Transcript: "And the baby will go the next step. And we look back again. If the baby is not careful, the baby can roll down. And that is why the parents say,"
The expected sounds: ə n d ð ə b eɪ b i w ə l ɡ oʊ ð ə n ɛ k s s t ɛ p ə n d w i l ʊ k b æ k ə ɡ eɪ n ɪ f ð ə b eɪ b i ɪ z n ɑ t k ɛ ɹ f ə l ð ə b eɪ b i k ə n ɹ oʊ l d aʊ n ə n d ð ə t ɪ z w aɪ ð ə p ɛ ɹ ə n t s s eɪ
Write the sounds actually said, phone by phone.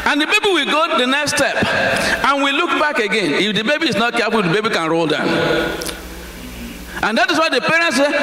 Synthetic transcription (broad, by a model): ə n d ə b eɪ b i w ə l ɡ oʊ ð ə n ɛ k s s t ɛ p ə n w i l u k b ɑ k ə ɡ eɪ n ɪ f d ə b eɪ b i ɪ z n ɑ t k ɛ f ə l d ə b eɪ b i k ə n ɹ oʊ l d aʊ n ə n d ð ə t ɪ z w aɪ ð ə p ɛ ɹ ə n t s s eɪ